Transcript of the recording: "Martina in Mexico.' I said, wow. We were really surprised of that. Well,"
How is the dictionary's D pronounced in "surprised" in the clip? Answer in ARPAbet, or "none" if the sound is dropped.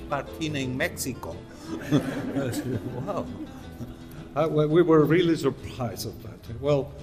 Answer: none